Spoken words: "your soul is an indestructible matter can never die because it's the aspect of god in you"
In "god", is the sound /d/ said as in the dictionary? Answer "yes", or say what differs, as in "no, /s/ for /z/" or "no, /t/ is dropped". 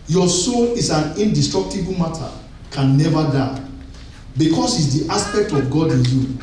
yes